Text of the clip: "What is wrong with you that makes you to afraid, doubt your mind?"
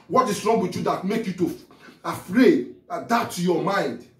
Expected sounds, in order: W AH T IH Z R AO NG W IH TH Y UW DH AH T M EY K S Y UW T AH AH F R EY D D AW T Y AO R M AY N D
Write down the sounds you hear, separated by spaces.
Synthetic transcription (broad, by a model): W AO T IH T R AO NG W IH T Y UW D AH T M EY K Y UW T AH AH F R EY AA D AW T Y AO M AY N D